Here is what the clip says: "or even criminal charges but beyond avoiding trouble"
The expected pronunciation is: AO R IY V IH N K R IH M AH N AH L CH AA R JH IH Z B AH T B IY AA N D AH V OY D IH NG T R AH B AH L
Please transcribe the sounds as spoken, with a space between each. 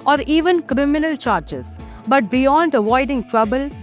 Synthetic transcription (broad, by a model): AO R IY V IH N K R IH M AH N AH L CH AA R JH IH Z B AH T B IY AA N D AH V OY D IH NG T R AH B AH L